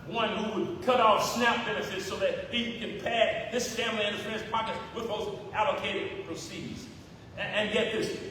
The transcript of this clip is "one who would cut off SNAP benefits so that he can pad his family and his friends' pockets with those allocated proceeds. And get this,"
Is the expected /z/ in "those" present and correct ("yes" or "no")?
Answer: yes